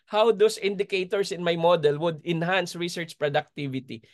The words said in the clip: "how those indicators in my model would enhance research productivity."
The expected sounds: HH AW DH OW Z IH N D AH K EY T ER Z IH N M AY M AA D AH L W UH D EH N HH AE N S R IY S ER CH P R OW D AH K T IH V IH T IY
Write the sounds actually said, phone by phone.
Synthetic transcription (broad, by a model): HH AW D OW S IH N D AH K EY T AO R IH N M AY M AA D AH L W UH D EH N HH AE N S R IY S ER CH P R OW D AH K T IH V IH T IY